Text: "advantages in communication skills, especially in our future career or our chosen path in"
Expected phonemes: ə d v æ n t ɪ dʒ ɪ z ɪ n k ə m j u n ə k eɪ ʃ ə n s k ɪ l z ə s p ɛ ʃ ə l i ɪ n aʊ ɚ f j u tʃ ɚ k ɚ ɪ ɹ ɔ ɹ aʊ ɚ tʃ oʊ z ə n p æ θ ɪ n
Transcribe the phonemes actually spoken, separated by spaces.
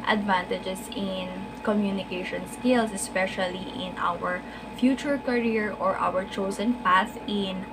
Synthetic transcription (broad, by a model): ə d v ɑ n t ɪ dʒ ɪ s ɪ n k ə m j u n ə k eɪ ʃ ə n s k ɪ l s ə s p ɛ ʃ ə l i ɪ n aʊ ɚ f j u tʃ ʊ k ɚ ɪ ɹ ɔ ɹ aʊ ɚ tʃ oʊ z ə n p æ s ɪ n